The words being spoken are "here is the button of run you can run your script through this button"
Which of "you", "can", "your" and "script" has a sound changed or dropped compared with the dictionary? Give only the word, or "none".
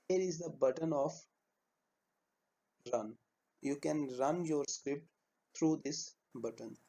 none